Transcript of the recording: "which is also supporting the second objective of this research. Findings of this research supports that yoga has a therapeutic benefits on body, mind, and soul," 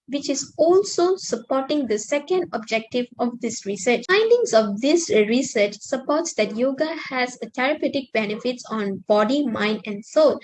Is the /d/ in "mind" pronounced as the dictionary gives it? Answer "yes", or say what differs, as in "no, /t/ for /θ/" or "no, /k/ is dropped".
yes